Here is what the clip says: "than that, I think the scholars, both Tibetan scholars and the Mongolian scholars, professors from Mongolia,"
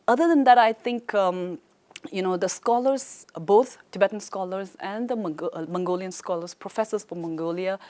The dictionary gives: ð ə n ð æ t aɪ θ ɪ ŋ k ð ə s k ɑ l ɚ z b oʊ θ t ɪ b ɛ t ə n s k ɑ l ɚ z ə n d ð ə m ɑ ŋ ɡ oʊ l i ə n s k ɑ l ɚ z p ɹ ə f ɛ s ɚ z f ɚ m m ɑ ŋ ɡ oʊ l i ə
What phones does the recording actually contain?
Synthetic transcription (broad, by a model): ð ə n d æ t aɪ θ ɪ ŋ k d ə s k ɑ l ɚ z b oʊ t t ɪ b ɛ t ə n s k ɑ l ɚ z ə n d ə m ɑ ŋ ɡ oʊ l i ə n s k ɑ l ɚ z p ɹ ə f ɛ s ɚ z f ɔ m m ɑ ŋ ɡ oʊ l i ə